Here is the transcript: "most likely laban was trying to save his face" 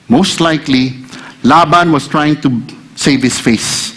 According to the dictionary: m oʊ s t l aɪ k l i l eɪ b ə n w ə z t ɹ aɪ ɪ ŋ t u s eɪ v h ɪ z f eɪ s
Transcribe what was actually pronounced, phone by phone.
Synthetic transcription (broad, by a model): m oʊ s t l aɪ k l i l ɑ b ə n w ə s t ɹ aɪ ɪ ŋ t u s eɪ v h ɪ s f eɪ s